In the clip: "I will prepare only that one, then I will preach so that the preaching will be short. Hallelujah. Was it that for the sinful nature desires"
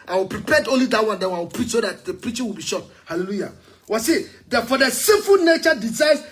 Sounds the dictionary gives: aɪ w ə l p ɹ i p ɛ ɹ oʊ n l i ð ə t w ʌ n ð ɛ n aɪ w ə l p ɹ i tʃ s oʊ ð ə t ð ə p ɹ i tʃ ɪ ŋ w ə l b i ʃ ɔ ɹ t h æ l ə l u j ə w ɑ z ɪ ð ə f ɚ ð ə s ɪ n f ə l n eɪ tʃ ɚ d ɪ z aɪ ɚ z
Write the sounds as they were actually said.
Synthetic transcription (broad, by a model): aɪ w ə l p ɹ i p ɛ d oʊ n l i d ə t w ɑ n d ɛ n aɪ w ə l p ɹ i tʃ s oʊ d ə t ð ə p ɹ i tʃ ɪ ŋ w ə l b i ʃ ɔ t h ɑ l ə l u j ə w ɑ s ɪ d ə f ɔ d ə s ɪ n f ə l n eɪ tʃ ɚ d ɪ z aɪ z